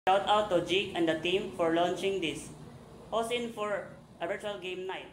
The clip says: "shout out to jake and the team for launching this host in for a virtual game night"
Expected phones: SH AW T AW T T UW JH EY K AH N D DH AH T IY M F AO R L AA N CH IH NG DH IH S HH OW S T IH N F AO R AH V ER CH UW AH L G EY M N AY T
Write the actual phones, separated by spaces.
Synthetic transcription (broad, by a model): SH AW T AW T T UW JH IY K AH N D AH T IY M F AO R L AA N CH IH NG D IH S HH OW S IH N F AO R AH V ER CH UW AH L G EY M N AY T